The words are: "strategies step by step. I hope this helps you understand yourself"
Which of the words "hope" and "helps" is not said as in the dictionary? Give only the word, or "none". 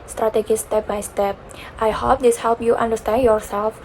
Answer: helps